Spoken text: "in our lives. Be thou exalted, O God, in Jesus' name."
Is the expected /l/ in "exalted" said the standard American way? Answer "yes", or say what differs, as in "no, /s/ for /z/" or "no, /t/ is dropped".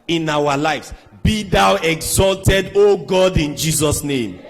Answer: yes